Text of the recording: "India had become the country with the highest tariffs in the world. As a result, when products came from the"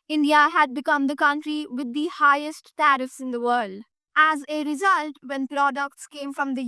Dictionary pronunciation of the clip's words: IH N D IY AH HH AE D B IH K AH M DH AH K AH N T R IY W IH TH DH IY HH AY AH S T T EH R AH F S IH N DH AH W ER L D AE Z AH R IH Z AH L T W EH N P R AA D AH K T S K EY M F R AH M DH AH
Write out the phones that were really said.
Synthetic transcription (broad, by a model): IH N D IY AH HH AE D B IH K AH M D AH K AH N T R IY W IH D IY HH AY AH S T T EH R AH F S IH N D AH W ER L D AE Z AH R IH Z AH L T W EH N P R AA D AH K T S K EY M F R AH M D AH